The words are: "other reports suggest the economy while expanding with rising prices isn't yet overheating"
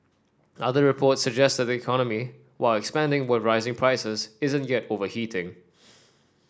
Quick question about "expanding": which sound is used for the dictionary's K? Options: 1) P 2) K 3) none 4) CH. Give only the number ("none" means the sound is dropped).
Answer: 2